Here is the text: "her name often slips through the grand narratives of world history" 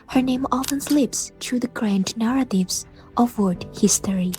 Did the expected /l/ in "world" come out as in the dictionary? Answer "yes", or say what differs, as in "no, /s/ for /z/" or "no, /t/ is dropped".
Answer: no, /l/ is dropped